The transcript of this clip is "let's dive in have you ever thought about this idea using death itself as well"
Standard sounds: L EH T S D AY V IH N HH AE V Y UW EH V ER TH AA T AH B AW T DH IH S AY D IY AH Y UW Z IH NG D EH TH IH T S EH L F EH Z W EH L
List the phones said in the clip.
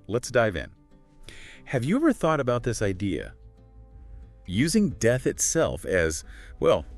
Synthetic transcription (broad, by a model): L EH T S D AY V IH N HH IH V Y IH EH V ER TH AA T AH B AW T DH IH S AY D IY AH Y UW Z IH NG D EH TH IH T S EH L F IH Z W EH L